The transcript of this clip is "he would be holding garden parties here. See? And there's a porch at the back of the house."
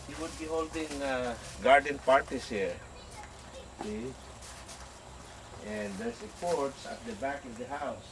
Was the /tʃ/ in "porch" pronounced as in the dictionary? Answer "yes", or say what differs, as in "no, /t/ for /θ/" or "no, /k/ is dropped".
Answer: no, /s/ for /tʃ/